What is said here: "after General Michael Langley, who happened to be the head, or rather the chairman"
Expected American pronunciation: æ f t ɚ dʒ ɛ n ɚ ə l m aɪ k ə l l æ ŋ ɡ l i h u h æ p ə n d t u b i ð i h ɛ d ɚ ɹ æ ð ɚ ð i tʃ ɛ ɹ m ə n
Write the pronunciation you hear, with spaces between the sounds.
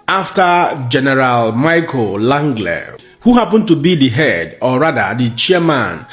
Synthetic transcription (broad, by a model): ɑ f t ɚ dʒ ɛ n ɚ ə l m aɪ k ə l l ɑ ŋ ɡ l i h u h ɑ p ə n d t u b i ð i h ɛ d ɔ ɹ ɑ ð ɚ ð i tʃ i m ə n